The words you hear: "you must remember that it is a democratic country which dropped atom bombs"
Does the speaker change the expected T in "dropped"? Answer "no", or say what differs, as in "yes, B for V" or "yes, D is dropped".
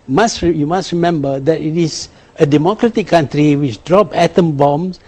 yes, T is dropped